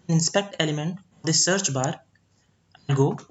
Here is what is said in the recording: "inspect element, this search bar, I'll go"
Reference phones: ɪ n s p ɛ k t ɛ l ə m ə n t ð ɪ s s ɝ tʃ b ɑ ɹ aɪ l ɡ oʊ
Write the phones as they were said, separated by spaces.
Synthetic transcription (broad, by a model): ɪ n s p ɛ k t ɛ l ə m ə n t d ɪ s s ɝ tʃ b ɑ ɹ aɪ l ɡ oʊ